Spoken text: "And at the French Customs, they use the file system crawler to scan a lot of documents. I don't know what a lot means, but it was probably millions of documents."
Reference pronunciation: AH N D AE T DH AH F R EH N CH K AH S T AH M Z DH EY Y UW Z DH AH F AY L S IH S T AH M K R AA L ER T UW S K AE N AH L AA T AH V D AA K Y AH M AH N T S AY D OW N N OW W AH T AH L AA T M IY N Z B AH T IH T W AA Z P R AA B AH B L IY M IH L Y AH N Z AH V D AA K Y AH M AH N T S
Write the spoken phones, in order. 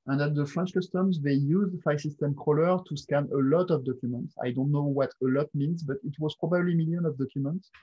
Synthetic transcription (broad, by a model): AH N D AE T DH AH F R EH N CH K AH S T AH M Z DH EY Y UW Z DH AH F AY S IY S T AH M K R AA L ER T UW S K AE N AH L AA T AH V D AA K Y AH M AH N T S AY D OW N N OW W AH T AH L AA T M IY N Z B AH T IH T W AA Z P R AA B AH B L IY M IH L Y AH N AH V D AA K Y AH M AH N T S